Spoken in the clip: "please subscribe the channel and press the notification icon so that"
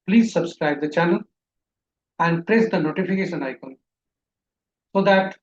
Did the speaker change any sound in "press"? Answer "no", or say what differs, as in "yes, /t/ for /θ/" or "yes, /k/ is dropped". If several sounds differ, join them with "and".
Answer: no